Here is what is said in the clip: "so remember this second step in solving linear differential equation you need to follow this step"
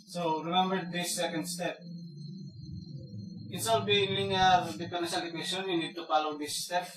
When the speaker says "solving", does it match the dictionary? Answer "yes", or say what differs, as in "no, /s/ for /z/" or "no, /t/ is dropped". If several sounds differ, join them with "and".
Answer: no, /b/ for /v/